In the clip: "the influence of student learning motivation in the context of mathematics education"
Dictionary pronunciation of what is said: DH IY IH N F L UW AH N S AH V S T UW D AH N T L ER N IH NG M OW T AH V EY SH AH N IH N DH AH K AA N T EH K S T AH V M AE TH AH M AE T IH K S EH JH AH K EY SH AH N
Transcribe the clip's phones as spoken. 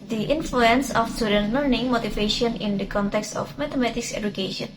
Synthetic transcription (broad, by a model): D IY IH N F L UW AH N S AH F S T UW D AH N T L ER N IH NG M OW T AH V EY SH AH N IH N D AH K AA N T EH K S T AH F M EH T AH M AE T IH K S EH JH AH K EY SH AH N